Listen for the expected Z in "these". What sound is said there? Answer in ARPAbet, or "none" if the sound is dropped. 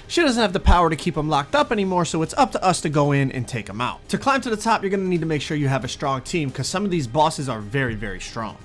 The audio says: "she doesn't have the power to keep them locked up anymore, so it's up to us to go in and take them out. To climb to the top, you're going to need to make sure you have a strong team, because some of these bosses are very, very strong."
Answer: Z